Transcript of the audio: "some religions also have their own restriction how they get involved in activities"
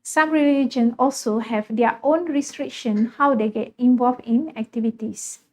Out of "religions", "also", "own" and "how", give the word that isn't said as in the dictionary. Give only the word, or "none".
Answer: religions